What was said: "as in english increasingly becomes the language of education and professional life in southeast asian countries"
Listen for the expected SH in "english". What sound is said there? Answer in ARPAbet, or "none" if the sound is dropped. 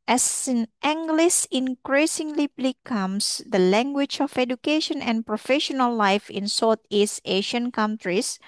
S